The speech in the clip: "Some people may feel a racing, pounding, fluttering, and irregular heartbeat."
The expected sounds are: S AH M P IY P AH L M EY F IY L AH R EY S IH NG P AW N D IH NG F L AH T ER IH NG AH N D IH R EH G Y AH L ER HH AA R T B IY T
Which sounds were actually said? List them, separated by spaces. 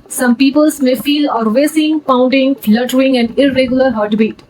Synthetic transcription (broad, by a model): S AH M P IY P AH L M EY F IY L AH R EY S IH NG P AW N D IH NG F L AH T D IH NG AH N D IH R EH G Y AH L ER HH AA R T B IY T